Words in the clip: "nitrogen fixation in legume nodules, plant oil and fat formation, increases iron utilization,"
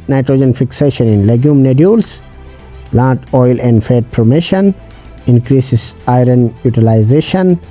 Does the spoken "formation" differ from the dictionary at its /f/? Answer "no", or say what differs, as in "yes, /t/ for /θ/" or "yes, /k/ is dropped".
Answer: yes, /p/ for /f/